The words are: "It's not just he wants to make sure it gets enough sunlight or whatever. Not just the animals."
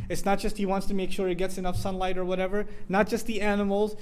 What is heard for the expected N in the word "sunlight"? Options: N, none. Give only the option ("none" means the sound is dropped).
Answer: N